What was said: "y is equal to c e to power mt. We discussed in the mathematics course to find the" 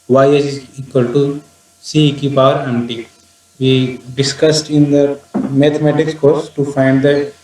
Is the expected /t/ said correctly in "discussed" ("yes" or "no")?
yes